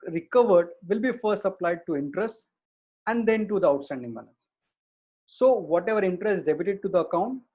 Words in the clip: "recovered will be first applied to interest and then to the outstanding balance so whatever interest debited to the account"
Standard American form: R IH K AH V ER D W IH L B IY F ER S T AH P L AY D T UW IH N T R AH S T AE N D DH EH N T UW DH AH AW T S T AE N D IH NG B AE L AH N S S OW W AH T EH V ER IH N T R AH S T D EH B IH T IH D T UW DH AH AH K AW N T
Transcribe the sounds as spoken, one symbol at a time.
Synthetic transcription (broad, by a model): R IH K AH V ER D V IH L B IY F ER S T AH P L AY D T UW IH N T R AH S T AE N D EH N T UW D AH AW T S T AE N D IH NG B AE N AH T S S OW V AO T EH V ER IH N T R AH S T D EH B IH T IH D T UW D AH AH K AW N T